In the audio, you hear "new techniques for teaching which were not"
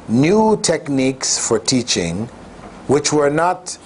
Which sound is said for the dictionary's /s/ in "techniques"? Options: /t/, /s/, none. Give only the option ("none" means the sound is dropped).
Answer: /s/